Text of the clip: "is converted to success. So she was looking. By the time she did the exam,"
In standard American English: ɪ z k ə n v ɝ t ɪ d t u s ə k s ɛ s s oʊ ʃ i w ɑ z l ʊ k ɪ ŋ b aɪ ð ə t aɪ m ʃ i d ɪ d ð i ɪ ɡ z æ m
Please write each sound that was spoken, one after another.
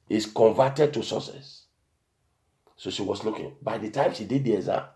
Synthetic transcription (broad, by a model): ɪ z k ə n v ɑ t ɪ d t u s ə s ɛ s s oʊ ʃ i w ɑ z l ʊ k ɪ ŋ b aɪ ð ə t aɪ m ʃ i d ɪ d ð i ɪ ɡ z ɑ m